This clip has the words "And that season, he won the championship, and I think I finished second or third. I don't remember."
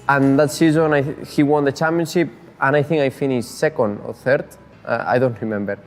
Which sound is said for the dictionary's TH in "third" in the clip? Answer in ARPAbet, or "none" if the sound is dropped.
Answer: TH